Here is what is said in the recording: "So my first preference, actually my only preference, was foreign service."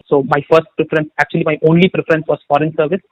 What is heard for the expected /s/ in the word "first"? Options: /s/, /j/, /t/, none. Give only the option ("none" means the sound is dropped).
/s/